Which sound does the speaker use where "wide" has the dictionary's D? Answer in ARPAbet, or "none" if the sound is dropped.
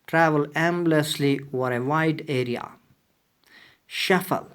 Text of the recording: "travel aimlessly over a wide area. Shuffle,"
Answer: D